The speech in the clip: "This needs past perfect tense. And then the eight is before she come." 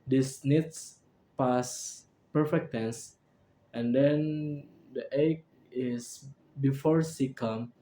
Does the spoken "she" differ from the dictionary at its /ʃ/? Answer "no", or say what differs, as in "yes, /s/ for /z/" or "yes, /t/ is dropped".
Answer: yes, /s/ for /ʃ/